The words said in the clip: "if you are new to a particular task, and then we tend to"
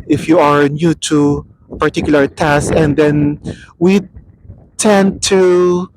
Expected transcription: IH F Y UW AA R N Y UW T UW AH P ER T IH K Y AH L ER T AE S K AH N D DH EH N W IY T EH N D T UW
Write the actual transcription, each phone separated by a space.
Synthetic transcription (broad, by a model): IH F Y UW AA R N Y UW T UW P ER T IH K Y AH L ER T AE S AH N D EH N W IY T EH N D T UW